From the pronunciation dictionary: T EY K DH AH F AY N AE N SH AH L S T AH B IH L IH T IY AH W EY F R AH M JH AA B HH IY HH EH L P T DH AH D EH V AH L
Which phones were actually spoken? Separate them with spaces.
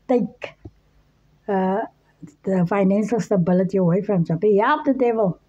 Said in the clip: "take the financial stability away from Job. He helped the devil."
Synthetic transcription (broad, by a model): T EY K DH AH F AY N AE N S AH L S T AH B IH L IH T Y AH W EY F R AH M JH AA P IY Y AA P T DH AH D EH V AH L